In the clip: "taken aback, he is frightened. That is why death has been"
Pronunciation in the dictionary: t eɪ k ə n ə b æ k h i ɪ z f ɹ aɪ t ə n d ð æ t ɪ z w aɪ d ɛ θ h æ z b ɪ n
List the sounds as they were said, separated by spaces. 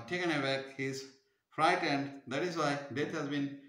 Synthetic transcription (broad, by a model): t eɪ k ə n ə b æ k h i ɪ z f ɹ aɪ t ə n d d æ t ɪ z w aɪ d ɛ t h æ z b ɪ n